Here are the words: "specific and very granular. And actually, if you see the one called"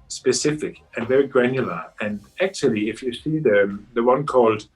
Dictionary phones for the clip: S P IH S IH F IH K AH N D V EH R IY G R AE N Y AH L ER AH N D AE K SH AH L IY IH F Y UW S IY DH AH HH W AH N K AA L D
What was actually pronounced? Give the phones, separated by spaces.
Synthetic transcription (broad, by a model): S P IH S IH F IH K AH N V EH R IY G R AE N Y AH L ER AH N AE K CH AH L IY IH F Y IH S IY DH AH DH W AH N K AA L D